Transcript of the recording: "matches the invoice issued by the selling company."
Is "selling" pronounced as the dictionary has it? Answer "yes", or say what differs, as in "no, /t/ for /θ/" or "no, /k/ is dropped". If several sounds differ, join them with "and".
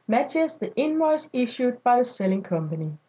yes